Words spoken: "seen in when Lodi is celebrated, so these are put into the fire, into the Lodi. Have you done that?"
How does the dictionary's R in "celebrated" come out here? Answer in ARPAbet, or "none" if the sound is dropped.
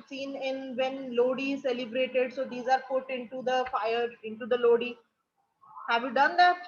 R